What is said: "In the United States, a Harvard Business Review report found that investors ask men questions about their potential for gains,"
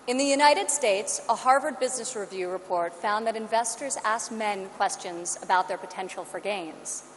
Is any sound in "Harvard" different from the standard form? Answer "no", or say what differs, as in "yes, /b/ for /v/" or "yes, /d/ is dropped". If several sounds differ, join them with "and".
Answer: no